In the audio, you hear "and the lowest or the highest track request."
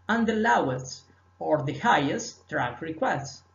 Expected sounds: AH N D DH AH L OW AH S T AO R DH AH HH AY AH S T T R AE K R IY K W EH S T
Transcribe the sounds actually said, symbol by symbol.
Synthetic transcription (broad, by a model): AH N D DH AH L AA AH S AO R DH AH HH AY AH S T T R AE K R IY K W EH S T